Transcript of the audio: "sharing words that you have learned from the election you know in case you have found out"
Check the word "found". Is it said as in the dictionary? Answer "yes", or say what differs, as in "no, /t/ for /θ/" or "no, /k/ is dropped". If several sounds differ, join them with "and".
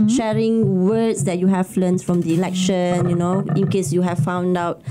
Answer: yes